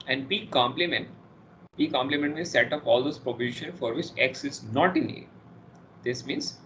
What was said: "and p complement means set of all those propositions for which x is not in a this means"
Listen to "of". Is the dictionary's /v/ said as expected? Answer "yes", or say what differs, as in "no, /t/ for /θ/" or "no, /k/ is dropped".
no, /p/ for /v/